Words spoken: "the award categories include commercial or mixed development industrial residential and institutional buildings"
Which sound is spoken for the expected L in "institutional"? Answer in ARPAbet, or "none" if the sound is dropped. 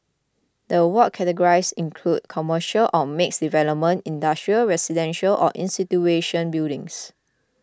N